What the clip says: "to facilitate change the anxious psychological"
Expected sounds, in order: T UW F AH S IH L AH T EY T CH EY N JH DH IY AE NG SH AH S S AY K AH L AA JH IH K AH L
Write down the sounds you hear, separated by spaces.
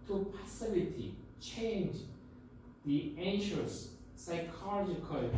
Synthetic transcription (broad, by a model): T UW P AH S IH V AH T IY CH EY N JH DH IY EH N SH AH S S AY K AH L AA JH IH K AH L